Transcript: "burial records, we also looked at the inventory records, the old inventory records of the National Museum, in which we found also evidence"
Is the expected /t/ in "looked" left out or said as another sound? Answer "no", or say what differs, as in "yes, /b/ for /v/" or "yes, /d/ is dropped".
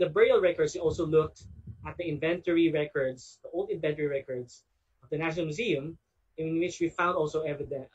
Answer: no